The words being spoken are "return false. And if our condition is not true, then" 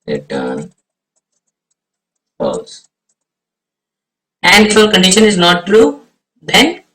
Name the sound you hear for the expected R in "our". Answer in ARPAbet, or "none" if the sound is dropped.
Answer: L